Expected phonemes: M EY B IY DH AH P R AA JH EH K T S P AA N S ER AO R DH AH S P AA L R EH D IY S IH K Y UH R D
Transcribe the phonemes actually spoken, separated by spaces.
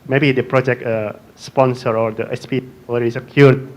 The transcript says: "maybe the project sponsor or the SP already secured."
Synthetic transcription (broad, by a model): M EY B IY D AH P R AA JH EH K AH S P AA N S ER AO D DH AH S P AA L EH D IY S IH K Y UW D